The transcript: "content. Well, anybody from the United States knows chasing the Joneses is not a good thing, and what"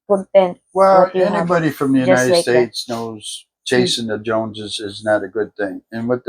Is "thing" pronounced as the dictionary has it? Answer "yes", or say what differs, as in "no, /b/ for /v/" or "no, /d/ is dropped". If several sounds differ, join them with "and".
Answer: yes